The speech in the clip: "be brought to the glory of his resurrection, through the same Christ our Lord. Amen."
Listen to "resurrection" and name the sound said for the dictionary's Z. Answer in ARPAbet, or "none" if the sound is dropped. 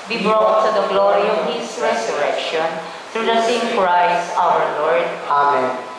S